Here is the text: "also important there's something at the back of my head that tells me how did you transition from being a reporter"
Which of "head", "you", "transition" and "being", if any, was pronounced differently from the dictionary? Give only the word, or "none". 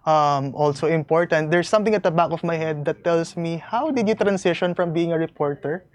transition